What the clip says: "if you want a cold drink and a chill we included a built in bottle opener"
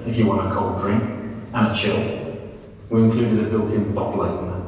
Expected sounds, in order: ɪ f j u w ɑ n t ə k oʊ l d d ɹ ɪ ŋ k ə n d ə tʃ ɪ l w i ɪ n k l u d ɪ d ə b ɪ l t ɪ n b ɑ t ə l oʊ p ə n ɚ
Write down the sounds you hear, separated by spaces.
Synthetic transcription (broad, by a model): ɪ f j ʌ w ɑ n t ə k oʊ l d d ɹ ɪ ŋ k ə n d ə tʃ ɪ l w i ɪ n k l u d ɪ d ə b ɪ l t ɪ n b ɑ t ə l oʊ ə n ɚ